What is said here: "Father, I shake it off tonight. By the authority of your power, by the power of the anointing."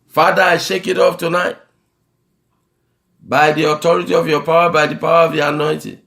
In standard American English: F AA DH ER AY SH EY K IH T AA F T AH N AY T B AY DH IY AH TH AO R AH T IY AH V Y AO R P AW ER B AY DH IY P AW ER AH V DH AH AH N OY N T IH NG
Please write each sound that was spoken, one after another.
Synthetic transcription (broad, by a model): F AA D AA AY SH EY K IH T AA P T AH N AY T B AY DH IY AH T AO R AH T IY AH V Y AO P AW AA B AY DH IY P AW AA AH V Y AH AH N OY T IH